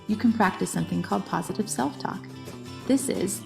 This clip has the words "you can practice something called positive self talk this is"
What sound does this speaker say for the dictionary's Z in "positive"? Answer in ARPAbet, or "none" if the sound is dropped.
Z